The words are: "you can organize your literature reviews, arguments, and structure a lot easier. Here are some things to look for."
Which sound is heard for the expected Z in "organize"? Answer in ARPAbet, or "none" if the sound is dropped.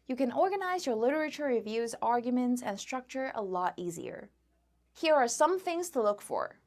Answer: Z